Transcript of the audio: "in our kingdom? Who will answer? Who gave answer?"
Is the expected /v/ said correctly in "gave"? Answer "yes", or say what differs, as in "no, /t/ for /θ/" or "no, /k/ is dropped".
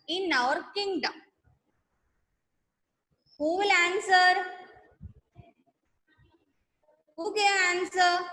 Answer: no, /v/ is dropped